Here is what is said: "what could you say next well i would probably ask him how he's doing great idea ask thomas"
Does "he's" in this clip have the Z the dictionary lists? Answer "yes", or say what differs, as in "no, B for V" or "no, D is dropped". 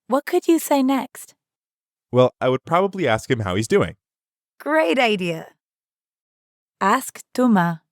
yes